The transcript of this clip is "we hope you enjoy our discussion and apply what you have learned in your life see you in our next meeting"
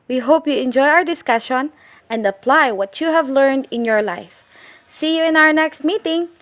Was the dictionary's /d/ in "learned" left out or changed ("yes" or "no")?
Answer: no